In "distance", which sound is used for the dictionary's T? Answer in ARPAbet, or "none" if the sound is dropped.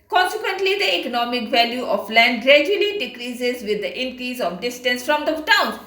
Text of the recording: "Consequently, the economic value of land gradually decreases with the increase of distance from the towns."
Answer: T